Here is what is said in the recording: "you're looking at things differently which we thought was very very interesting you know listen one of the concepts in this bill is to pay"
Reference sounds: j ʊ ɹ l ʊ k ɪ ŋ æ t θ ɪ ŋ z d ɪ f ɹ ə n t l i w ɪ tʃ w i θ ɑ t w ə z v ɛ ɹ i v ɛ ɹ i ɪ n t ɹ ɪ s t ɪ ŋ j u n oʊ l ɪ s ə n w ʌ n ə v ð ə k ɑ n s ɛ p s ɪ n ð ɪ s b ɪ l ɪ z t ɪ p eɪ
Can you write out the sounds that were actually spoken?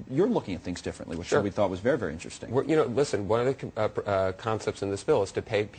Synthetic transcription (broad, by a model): j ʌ ɹ l ʊ k ɪ ŋ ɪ t θ ɪ ŋ z d ɪ f ɹ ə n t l i w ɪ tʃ w i θ ɑ t w ə z v ɛ ɹ i v ɛ ɹ i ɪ n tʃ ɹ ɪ s t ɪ ŋ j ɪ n oʊ l ɪ s ə n w ʌ n ə v ð ə k ɑ n s ɛ p s ɪ n ð ɪ s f ɪ l ɪ z t ɪ p eɪ